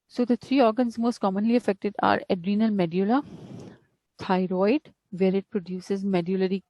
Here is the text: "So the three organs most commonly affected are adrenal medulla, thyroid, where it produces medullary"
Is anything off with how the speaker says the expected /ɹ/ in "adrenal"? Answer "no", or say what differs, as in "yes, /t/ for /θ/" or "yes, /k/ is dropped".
no